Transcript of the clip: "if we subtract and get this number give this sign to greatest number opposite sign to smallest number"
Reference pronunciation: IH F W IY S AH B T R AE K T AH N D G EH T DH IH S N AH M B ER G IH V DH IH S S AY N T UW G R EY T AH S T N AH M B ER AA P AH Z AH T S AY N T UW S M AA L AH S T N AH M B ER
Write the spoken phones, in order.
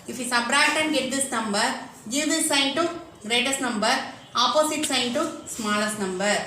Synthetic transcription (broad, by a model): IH F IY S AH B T R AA T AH N G EH T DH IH S N AH M B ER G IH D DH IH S S AY N T UW G R EY T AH S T N AH M B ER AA P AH S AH T S AY N T UW S M AA L AH S T N AH M B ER